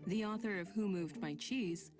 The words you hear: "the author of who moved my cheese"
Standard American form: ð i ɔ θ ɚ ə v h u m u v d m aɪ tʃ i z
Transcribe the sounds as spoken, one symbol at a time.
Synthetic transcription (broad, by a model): ð i ɔ θ ɚ ə v h u m u v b aɪ tʃ i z